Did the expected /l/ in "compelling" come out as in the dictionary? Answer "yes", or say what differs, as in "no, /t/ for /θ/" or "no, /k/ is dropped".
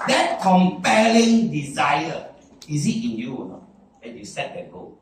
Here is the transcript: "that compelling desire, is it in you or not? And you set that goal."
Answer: yes